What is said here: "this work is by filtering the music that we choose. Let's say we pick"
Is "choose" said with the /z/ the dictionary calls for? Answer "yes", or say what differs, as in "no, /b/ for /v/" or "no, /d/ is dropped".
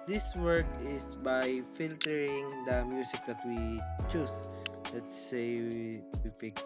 no, /s/ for /z/